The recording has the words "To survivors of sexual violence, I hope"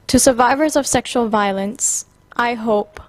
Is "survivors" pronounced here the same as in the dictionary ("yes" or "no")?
yes